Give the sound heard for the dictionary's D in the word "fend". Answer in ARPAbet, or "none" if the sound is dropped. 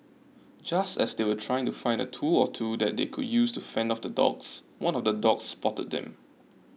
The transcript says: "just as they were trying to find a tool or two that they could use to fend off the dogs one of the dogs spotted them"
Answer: D